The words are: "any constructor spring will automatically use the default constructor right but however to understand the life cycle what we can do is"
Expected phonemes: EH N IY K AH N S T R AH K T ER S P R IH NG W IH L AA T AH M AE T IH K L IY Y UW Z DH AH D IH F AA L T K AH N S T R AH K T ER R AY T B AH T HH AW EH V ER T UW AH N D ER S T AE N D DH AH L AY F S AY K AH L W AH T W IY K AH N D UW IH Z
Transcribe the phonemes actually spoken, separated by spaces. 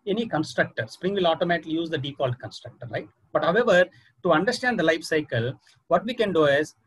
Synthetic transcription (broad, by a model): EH N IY K AH N S T R AH K T ER S P R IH NG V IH L AA T AH M AE T IH K L IY Y UW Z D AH D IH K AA L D K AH N S T R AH K T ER R AY T B AH T HH AW EH V ER T UW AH N D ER S T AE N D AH L AY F S AY K AH L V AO T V IY K AH N D UW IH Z